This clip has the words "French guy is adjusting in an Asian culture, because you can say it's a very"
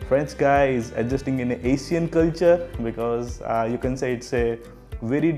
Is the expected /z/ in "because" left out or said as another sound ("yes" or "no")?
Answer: no